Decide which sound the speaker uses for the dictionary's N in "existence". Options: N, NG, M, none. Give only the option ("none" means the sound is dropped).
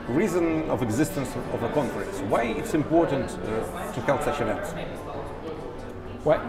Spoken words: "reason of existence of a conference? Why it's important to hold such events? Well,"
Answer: N